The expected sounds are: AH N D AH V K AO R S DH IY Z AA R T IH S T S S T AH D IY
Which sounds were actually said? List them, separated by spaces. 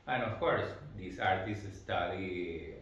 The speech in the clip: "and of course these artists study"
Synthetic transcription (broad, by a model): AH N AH F K AO R S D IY S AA R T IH S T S S T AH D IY